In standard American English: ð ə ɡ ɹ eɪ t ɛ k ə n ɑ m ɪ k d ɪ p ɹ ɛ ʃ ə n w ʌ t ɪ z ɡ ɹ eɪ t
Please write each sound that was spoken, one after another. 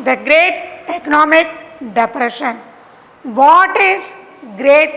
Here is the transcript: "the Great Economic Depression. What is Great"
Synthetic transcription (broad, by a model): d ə ɡ ɹ eɪ t ɛ k ə n ɑ m ɪ k d ɪ p ɹ ɛ ʃ ə n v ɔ t ɪ z ɡ ɹ eɪ t